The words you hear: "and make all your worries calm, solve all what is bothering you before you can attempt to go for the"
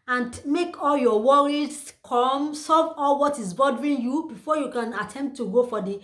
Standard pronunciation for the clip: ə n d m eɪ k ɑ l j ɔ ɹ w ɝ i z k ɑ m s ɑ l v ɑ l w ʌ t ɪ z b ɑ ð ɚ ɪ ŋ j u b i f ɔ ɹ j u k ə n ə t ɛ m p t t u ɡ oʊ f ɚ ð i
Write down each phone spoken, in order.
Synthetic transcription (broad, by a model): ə n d m eɪ k ɑ l j ɔ w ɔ i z k ɑ m s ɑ v ɑ l w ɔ t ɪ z b ɑ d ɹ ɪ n j u b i f ɔ j u k ə n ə t ɛ m p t t u ɡ oʊ f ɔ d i